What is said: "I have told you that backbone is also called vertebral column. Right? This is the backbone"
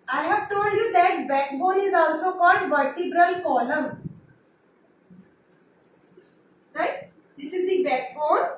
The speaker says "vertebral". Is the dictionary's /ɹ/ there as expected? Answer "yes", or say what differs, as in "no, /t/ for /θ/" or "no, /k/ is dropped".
yes